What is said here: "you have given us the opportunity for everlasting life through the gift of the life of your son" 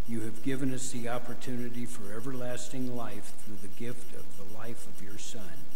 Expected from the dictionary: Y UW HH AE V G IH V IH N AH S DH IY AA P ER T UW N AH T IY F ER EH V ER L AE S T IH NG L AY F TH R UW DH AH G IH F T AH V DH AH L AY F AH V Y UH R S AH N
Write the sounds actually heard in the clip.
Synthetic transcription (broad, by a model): Y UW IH V G IH V IH N AH S DH IY AA P ER T UW N AH T IY F ER EH V ER L AE S T IH NG L AY F TH R UW DH AH G IH F T AH V DH AH L AY F AH V Y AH R S AH N